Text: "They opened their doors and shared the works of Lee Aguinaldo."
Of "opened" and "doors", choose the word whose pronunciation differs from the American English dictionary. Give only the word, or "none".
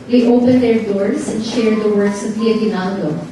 doors